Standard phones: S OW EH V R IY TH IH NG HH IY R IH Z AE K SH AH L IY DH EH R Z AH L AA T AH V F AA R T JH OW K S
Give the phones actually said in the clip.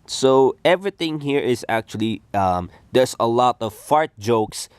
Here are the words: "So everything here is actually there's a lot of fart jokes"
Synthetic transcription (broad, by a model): S OW EH V R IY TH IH NG HH IY R IH Z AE K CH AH L IY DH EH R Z AH L AA T AH V F AA R T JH OW K S